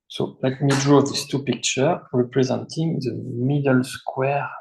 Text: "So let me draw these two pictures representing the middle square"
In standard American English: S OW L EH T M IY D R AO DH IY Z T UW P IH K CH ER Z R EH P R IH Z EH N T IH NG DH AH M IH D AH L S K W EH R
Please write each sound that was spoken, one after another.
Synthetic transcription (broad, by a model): S OW L EH T M IY D R AO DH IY S T UW P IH K CH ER R EH P R IH Z EH N T IH NG DH AH M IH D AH L S K W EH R